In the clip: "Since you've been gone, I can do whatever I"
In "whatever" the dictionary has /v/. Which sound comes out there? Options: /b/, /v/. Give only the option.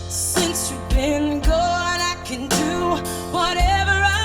/v/